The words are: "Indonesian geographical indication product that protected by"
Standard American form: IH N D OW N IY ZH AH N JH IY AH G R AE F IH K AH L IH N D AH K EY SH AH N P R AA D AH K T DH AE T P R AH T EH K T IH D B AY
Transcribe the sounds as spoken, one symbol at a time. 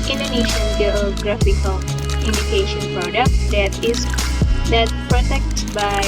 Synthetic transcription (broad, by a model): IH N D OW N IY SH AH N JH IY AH G R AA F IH K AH L IH N D AH K EY SH AH N P R AA D AH K T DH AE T P R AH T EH K T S B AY